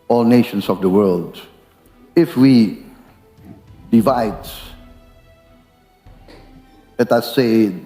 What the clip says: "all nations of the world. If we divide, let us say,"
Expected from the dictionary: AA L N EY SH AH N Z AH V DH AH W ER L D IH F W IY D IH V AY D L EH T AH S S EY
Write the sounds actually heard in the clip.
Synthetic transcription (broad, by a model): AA L N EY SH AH N S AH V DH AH W ER L D IH F W IY D IH V AY D L EH T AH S S EY